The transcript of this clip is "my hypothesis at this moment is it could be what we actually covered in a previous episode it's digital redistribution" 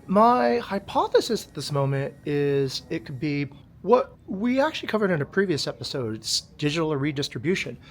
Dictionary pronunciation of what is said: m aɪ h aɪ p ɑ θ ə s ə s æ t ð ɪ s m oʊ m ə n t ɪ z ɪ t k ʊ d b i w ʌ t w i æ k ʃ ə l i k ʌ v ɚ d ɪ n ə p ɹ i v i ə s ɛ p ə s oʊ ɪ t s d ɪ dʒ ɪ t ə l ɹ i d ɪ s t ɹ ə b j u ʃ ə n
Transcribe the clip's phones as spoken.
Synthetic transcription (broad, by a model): m aɪ h aɪ p ɑ θ ə s ə s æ t ð ɪ s m oʊ m ə n t ɪ z ɪ t k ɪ d b i w ʌ t w i æ k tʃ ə l i k ʌ v ɚ d ɪ n ə p ɹ i v i ə s ɛ p ə s oʊ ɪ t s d ɪ dʒ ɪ t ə ɹ i d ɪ s t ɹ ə b j u ʃ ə n